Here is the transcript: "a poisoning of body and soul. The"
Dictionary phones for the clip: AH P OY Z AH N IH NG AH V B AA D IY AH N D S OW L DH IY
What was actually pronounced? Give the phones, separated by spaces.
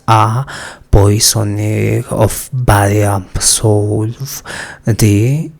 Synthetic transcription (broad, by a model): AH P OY S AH N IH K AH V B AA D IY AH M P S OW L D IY